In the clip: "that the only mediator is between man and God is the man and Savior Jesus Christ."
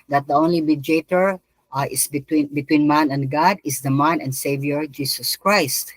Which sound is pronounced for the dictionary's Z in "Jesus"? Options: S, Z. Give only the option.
S